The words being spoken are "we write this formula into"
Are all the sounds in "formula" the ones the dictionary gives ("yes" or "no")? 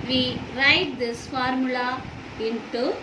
yes